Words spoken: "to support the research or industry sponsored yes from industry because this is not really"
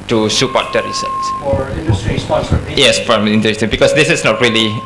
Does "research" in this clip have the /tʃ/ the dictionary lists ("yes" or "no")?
no